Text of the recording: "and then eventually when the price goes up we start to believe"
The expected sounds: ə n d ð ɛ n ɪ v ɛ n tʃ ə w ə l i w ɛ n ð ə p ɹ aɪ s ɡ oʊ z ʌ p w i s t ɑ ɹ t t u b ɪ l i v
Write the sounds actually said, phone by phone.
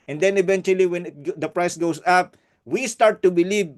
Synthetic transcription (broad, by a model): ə n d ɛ n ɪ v ɛ n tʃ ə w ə l i w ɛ n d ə p ɹ aɪ s ɡ oʊ s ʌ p w i s t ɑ ɹ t t u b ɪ l i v